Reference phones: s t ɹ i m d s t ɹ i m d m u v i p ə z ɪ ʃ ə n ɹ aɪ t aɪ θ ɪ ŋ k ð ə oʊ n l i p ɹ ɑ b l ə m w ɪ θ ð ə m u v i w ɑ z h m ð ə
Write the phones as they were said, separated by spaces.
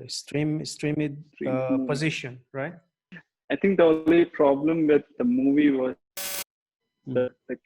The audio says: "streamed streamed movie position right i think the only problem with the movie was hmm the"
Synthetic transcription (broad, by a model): s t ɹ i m s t ɹ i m m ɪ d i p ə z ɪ ʃ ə n ɹ aɪ t aɪ t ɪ ŋ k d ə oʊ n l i p ɹ ɑ b l ə m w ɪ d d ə m u v i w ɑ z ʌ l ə